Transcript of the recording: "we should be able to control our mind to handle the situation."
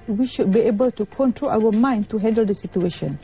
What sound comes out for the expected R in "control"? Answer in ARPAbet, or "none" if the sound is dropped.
R